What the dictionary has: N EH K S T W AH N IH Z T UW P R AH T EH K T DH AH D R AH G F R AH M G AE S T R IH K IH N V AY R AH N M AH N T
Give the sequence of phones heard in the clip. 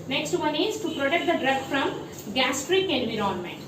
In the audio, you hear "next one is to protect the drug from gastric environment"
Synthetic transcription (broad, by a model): N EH K S T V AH N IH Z T UW P R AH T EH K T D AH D R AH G F R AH M G AE S T R IH K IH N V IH R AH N M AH N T